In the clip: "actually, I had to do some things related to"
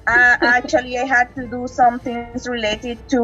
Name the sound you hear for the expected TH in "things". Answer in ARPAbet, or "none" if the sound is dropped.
T